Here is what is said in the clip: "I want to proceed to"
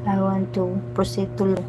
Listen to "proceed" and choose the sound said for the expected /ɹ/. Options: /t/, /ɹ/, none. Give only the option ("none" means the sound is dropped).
none